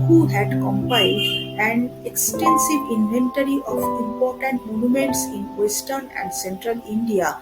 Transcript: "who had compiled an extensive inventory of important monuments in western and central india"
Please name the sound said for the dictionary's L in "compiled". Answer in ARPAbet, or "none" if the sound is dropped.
none